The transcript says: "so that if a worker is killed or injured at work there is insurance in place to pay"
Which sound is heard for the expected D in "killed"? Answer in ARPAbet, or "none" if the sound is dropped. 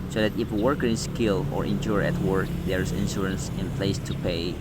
none